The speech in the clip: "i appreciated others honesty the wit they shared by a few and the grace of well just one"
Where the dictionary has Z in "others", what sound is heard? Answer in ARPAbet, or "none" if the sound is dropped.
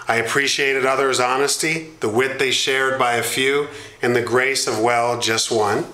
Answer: Z